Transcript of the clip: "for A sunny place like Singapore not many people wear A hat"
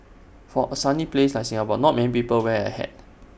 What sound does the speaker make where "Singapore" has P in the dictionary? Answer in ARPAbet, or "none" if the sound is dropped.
B